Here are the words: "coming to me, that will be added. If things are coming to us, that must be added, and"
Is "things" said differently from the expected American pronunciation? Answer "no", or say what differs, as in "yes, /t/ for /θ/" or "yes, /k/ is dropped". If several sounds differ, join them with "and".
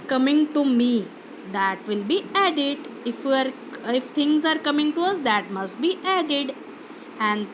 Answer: yes, /f/ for /θ/